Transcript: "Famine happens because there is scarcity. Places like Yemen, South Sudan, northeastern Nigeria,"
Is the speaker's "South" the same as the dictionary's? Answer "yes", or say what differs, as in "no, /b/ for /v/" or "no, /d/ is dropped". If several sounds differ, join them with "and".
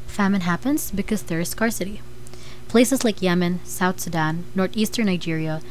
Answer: yes